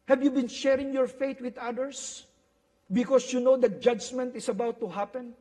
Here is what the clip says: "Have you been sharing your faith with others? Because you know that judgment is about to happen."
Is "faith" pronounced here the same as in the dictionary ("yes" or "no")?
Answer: no